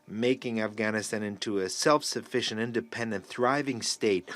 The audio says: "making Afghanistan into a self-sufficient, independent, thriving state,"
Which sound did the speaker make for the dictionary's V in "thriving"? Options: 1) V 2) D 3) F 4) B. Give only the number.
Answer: 1